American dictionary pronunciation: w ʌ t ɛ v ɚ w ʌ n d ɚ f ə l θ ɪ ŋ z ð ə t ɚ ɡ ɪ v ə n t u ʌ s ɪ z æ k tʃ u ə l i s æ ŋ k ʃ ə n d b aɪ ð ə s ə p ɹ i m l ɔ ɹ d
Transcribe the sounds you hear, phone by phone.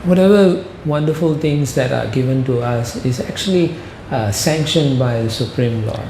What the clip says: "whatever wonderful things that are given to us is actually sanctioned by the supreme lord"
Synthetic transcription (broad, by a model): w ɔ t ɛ v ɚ w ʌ n d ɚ f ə l t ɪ ŋ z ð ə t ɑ ɡ ɪ v ə n t u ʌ s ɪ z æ k tʃ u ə l i s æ ŋ k ʃ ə n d b aɪ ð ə s ə p ɹ i m l ɔ